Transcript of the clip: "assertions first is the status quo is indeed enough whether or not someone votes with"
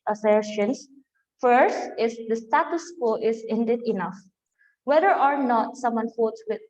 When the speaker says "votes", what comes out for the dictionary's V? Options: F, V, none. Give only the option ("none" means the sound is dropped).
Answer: F